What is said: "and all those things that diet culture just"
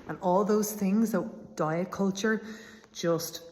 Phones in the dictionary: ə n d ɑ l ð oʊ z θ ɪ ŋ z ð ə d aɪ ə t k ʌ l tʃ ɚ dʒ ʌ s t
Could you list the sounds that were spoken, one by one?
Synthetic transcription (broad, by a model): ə n ɑ l ð oʊ z θ ɪ ŋ z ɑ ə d aɪ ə k ʌ l tʃ ɚ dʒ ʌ s t